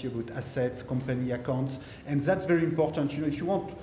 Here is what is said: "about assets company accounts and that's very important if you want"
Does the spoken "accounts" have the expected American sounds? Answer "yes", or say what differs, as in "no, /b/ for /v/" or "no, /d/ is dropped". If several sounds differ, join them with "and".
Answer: yes